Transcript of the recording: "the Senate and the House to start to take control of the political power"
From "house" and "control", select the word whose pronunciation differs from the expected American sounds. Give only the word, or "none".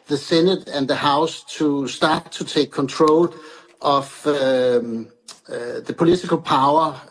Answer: control